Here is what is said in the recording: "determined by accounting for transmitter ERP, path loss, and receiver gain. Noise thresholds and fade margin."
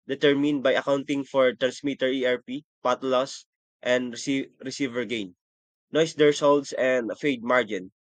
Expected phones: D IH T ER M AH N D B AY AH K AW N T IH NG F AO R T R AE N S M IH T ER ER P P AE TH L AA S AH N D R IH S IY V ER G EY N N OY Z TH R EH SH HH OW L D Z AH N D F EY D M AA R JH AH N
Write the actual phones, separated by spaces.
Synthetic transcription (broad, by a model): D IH T ER M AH N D B AY AH K AW N T IH NG F AO R T R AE N S M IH T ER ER P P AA T L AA S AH N D R IH S IY V ER G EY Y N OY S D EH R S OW L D S AH N D F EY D M AA R JH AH N